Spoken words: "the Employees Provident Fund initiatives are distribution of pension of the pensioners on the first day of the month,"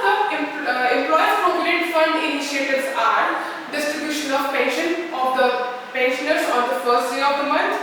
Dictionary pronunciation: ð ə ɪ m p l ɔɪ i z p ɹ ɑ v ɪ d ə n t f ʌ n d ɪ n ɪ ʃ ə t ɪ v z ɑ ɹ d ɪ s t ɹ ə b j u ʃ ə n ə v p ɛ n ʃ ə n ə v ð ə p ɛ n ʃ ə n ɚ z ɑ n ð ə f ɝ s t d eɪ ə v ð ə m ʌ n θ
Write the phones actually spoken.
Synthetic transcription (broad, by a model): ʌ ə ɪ m p l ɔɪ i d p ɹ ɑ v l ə t f ʌ n d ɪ n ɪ ʃ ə t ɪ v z ɑ ɹ d ɪ s t ɹ ə b j u ʃ ə n ə v p ɛ n ʃ ə n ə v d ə p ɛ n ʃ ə n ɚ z ɑ n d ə f ɝ s t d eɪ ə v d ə m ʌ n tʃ